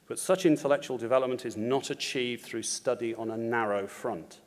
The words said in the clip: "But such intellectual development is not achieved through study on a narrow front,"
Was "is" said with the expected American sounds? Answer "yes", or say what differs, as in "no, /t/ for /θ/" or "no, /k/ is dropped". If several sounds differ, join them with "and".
yes